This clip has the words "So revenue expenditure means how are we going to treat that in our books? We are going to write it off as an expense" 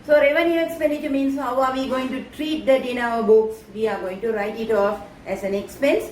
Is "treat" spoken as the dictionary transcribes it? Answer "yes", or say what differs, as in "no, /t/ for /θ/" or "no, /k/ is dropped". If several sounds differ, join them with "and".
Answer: yes